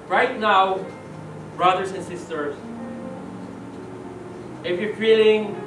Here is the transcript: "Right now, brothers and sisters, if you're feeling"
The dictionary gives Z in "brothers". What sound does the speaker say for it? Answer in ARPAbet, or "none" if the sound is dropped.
S